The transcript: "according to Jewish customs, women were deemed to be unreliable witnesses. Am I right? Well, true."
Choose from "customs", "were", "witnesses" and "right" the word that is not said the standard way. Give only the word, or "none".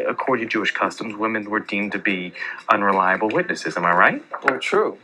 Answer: none